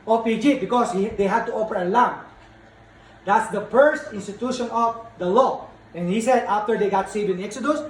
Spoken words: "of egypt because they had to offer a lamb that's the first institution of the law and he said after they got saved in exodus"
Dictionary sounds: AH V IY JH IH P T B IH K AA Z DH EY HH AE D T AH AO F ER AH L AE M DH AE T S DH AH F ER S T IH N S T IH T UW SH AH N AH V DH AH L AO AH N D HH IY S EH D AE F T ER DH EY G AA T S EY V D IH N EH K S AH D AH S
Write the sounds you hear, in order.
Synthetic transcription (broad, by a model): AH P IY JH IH B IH K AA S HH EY HH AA D T AH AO P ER AH L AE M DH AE T S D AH F ER S T IH N S T IH T UW SH AH N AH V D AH L AO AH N HH IY S EH D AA F T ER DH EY G AA T S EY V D IH N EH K S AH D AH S